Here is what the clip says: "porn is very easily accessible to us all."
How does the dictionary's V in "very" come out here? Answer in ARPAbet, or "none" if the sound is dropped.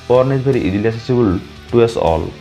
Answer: B